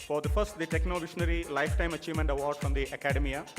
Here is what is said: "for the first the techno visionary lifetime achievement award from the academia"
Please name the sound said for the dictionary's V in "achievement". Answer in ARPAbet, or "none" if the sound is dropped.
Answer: V